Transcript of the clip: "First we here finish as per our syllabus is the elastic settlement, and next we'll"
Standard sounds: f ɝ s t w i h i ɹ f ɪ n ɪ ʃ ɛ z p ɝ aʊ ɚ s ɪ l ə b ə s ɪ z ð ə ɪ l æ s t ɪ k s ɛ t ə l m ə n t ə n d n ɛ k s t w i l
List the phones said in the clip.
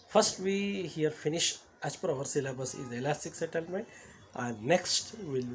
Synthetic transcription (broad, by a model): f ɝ s t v i h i ɹ f ɪ n ɪ ʃ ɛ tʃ p ɝ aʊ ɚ s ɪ l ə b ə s ɪ z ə l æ s t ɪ k s ɛ t ə l m ə n t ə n d n ɛ k s t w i l